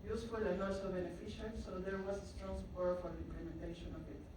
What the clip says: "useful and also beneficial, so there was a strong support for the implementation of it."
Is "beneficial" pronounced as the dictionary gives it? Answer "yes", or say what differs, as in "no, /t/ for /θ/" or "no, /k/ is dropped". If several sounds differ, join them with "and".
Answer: no, /n/ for /l/